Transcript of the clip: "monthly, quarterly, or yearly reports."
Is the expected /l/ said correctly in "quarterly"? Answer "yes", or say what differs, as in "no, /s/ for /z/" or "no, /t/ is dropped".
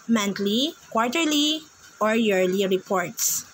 yes